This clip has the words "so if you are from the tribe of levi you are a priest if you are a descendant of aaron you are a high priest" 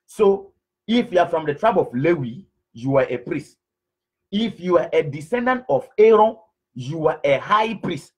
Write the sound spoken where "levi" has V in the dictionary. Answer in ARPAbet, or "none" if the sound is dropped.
W